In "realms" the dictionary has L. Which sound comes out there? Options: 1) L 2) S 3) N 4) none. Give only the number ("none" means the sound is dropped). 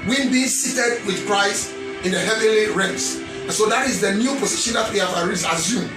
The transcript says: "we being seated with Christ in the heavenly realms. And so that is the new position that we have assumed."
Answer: 4